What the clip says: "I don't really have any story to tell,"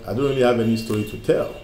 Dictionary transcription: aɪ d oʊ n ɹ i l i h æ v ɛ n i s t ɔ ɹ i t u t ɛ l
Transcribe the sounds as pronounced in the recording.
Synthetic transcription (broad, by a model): aɪ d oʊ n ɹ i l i h æ v ɛ n i s t ɔ ɹ i t u t ɛ l